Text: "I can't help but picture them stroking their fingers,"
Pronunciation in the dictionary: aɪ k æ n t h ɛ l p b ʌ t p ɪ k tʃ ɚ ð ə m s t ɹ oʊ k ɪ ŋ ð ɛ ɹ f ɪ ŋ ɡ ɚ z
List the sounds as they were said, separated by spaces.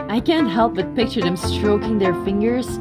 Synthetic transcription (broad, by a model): aɪ k æ n t h ɛ l p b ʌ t p ɪ k tʃ ɚ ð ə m s t ɹ oʊ k ɪ ŋ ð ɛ ɹ f ɪ ŋ ɡ ɚ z